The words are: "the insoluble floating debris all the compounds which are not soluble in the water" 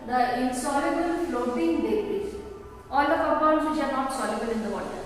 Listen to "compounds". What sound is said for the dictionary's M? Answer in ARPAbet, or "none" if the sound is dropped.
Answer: none